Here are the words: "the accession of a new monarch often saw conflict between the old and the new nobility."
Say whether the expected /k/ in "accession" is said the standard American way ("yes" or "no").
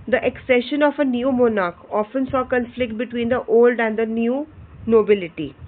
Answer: yes